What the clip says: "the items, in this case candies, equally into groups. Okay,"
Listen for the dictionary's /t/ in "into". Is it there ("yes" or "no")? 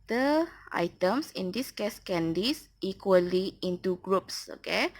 yes